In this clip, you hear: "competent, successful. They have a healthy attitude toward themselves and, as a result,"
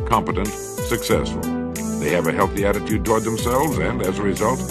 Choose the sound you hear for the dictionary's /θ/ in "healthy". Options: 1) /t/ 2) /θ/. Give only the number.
2